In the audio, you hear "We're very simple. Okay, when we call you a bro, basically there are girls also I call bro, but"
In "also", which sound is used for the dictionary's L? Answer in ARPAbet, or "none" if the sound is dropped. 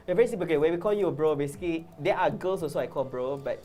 none